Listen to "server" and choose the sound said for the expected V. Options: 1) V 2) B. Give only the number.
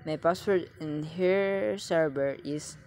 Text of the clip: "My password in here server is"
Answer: 2